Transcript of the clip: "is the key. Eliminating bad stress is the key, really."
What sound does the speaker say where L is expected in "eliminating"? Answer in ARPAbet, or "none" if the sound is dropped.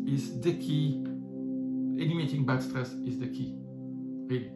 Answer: N